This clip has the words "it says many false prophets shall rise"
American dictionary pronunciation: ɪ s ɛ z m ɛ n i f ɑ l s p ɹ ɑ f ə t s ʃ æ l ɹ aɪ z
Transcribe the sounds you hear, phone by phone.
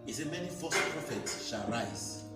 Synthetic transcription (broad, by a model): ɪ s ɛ m ɛ n i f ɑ s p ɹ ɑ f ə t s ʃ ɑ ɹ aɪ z